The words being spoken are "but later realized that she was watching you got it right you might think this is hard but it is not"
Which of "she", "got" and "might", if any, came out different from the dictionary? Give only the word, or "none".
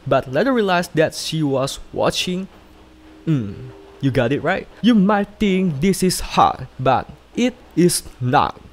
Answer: none